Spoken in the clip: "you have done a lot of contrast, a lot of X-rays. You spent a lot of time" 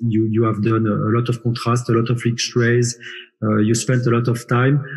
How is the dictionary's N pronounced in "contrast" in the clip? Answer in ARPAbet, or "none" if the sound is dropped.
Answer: none